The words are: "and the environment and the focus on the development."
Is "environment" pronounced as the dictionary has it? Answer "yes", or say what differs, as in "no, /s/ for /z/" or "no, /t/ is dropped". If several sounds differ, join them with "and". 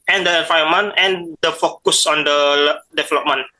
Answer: no, /ɹ/ is dropped and /n/ is dropped